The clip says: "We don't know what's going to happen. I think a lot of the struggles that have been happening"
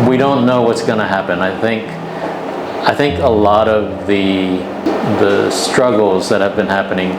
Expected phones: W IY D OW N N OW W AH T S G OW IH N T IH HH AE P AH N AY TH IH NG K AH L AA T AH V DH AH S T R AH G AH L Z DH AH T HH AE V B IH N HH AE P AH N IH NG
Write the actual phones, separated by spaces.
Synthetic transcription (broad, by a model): W IY D OW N N OW W AH T S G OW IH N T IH HH AE P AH N AY TH IH NG K AH L AA T AH V DH AH S T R AH G L Z DH AH T HH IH V B IH N HH AE P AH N IH NG